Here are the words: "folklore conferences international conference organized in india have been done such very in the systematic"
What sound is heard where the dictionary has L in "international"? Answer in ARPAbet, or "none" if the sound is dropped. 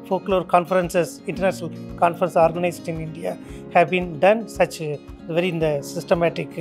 L